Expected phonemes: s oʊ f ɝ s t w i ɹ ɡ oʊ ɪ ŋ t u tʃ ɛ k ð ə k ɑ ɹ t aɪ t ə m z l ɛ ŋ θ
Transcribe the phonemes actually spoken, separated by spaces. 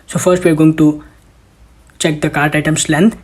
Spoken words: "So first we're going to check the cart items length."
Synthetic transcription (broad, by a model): s oʊ f ɝ s t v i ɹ ɡ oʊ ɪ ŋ t u tʃ ɛ k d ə k ɑ ɹ t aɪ t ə m s l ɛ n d